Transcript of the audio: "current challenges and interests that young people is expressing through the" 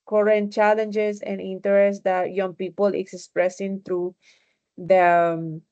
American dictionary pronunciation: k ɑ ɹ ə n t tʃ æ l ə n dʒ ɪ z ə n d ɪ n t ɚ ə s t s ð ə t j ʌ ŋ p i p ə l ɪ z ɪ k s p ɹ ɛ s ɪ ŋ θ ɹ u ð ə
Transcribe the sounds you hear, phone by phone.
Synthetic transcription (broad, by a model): k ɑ ɹ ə n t tʃ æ l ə n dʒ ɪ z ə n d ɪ n t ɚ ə s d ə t j ʌ ŋ p i p ə l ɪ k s s p ɹ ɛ s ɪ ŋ t ɹ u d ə